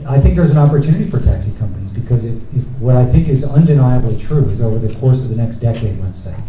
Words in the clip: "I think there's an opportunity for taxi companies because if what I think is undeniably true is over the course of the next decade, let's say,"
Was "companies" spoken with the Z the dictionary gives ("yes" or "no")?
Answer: yes